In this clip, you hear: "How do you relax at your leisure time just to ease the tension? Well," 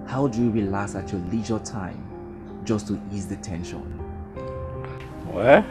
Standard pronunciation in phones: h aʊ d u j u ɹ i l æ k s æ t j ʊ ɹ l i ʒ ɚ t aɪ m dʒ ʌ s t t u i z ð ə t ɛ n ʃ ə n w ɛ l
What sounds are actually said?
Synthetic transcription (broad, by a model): h aʊ d u j u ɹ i l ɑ s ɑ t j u l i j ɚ t aɪ m dʒ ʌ s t t u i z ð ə t ɛ n ʃ ə n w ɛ